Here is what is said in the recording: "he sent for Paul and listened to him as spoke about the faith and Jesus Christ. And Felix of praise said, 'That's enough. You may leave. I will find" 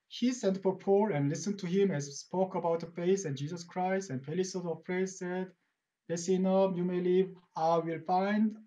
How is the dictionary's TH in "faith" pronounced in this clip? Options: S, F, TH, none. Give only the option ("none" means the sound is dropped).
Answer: S